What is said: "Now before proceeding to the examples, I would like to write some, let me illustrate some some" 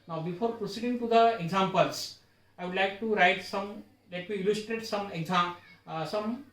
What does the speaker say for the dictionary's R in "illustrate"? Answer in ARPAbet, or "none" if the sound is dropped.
R